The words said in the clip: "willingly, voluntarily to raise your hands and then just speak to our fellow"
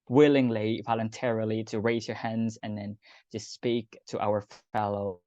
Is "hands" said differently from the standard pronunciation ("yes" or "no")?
no